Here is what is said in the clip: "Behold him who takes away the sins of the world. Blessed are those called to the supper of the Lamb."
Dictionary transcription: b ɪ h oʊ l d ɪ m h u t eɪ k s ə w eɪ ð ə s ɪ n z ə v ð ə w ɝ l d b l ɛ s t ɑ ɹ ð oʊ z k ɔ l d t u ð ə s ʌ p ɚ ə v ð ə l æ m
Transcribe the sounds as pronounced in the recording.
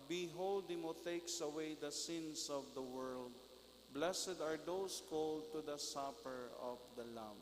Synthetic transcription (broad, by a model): b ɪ h oʊ l d ɪ m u t eɪ k s ə w eɪ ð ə s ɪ n s ə v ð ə w ɝ l d b l ɛ s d ɑ ɹ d oʊ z k ɔ l d t u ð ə s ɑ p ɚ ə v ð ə l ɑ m